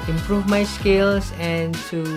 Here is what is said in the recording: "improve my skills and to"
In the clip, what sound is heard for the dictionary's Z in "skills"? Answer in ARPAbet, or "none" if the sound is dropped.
S